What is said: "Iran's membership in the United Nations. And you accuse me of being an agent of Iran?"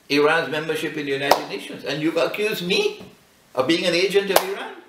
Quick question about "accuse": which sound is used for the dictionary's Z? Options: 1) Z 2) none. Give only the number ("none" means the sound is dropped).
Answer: 1